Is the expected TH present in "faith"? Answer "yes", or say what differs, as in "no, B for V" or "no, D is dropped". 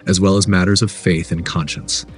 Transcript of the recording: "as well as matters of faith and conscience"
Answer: yes